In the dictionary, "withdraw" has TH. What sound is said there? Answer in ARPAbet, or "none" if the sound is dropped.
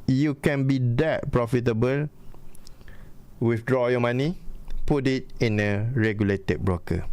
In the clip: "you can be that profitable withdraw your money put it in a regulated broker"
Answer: F